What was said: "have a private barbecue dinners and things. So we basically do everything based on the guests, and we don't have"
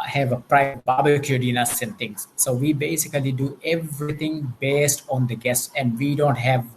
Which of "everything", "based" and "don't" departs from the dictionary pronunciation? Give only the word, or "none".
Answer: everything